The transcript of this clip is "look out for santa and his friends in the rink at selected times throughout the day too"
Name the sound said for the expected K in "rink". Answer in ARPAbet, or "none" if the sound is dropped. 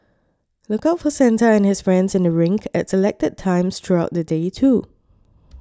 K